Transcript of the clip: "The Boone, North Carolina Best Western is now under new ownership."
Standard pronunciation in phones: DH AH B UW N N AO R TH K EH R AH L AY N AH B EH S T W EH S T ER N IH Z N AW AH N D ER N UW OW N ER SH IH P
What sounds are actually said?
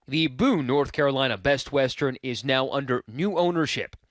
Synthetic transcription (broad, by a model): DH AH B UW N N AO R TH K EH R AH L AY N AH B EH S T W EH S T ER N IH Z N AW AH N D ER N UW OW N ER SH IH P